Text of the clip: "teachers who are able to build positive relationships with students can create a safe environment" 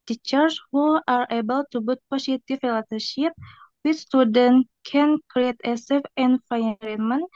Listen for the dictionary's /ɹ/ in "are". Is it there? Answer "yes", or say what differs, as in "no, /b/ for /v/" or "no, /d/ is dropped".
yes